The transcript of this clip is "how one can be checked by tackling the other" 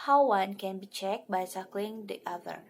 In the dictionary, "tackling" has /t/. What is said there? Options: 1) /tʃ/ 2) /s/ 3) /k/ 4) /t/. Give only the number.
2